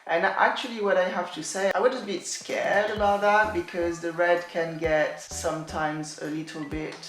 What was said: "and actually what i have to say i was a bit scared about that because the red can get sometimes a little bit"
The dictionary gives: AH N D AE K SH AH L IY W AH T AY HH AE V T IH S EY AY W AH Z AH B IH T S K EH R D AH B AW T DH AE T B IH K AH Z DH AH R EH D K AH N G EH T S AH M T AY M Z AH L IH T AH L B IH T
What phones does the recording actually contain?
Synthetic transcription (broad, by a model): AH N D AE K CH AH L IY W AH T AY HH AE F T IH S EY AY W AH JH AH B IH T S K EH R D AH B AW T DH AE T B IH K AH Z DH AH R EH D K AH N G EH T S AH M T AY M Z AH L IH T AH L B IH T